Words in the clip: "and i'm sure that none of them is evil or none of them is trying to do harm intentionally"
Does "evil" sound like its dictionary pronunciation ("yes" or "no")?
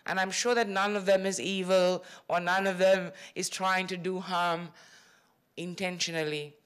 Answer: yes